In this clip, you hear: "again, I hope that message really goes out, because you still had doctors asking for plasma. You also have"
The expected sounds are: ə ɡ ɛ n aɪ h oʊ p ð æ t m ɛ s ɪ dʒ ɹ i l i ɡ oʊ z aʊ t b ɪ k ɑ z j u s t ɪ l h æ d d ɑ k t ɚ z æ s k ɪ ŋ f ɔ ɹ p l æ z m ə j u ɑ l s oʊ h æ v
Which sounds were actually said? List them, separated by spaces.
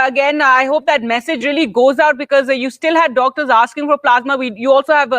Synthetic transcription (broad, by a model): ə ɡ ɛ n aɪ h oʊ p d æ t m ɛ s ɪ dʒ ɹ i l i ɡ oʊ z aʊ t b ɪ k ɑ z j u s t ɪ l h æ d d ɑ k t ɚ z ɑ s k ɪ ŋ f ɔ ɹ p l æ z m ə j u ɑ l s oʊ h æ v